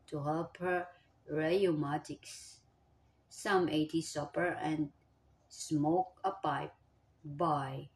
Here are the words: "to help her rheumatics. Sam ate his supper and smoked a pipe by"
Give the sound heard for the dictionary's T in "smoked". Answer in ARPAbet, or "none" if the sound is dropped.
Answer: none